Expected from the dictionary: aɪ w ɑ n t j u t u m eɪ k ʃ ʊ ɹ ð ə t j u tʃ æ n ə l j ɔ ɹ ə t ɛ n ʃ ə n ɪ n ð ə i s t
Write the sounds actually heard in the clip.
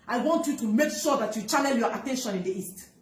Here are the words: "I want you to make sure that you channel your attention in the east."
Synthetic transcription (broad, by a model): aɪ w ɑ n t j u t u m eɪ k ʃ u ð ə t j u tʃ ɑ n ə n j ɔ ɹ ə t ɛ n ʃ ə n ɪ n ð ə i s t